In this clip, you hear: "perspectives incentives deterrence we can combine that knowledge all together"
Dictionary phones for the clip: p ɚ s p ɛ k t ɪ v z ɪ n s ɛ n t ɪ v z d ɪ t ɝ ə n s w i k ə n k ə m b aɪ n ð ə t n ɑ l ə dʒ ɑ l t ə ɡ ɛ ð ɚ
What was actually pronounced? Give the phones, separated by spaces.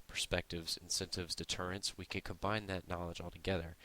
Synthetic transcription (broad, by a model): p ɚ s p ɛ k t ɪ v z ɪ n s ɛ n t ɪ v z d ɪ t ɝ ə n s w i k ə n k ə m b aɪ n ð ə t n ɑ l ə dʒ ɑ l t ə ɡ ɛ ð ɚ